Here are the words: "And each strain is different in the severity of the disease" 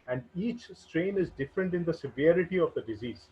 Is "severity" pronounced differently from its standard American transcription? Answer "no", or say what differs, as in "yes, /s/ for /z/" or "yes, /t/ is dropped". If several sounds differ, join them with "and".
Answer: no